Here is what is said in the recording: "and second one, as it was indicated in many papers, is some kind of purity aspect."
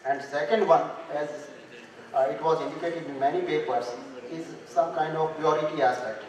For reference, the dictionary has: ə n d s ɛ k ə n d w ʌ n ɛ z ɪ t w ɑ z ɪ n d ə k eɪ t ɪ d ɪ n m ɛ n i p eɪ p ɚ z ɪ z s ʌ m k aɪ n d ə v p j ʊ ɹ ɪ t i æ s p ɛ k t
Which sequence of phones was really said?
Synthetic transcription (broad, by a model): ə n d s ɛ k ə n d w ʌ n ɛ z ɪ t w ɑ z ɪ n d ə k eɪ t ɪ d ɪ n m ɛ n i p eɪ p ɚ s ɪ z s ʌ m k aɪ n d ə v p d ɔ ɹ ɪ t i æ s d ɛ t